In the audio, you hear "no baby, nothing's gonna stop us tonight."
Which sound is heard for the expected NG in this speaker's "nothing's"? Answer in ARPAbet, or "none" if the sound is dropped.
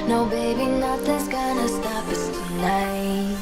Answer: none